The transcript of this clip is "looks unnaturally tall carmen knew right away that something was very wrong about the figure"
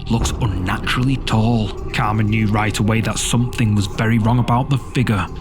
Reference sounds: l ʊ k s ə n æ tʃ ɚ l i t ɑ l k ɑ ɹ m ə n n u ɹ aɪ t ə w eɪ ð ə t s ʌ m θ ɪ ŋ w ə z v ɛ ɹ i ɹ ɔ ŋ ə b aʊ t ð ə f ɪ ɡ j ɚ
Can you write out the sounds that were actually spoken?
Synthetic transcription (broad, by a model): l ʊ k s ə n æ tʃ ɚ l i t ɑ l k ɑ ɹ m ə n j u ɹ aɪ t ə w eɪ ð ə t s ʌ m θ ɪ ŋ w ə z v ɛ ɹ i ɹ ɔ ŋ ə b aʊ t ð ə f ɪ ɡ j ɚ